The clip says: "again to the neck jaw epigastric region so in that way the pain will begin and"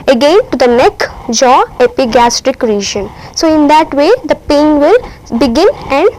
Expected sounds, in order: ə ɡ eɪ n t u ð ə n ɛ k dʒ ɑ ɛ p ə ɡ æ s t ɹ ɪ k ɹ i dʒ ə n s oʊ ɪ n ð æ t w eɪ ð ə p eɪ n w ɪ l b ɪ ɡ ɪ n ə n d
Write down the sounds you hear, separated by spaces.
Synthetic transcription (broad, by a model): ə ɡ eɪ n t u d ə n ɛ k dʒ ɑ ɛ p ə ɡ æ s t ɹ ɪ k ɹ i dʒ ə n s oʊ ɪ n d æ t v eɪ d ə p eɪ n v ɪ l b ɪ ɡ ɪ n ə n d